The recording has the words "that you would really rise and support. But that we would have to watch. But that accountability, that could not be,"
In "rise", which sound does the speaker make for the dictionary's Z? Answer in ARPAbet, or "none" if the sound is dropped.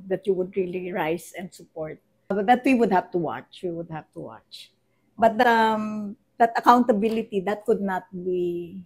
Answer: S